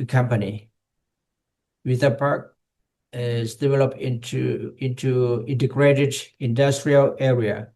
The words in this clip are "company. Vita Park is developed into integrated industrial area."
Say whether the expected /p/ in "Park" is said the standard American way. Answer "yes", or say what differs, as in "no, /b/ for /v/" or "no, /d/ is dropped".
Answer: yes